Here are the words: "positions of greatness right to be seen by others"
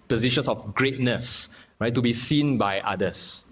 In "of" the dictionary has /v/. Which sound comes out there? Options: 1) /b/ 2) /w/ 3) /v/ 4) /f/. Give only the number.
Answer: 4